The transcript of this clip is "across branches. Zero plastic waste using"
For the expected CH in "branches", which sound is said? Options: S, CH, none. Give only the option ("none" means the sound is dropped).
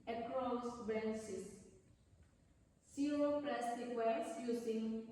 S